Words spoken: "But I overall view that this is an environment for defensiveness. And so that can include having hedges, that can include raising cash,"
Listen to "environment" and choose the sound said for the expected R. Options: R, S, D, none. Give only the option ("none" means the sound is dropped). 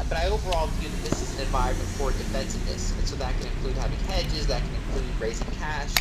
none